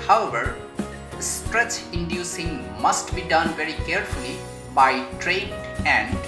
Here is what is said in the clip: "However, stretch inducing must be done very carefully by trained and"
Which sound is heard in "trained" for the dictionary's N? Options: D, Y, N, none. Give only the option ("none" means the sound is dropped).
none